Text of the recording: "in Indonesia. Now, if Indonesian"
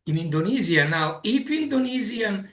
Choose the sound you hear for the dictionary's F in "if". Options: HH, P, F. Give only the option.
P